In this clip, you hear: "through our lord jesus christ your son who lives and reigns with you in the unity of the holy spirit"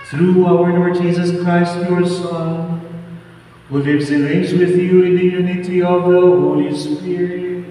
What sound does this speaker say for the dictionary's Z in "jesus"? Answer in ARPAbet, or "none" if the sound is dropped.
Z